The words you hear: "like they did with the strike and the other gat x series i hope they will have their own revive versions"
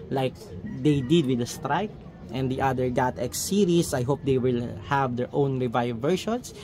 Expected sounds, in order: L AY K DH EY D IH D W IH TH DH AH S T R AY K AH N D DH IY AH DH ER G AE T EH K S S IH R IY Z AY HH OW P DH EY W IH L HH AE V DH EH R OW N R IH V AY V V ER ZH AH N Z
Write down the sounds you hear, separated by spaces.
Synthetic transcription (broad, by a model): L AY K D EY D IH D W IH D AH S T R AY K AH N D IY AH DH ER G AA T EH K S S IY R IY S AY HH OW P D EY W IH L HH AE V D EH R OW N R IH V AY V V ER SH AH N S